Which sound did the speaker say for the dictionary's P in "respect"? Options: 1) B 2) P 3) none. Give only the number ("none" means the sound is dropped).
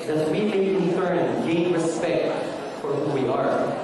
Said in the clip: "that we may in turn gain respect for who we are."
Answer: 2